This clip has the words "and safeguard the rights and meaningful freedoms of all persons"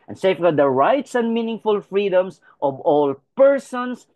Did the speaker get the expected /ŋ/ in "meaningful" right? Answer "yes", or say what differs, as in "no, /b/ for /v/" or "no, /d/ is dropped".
yes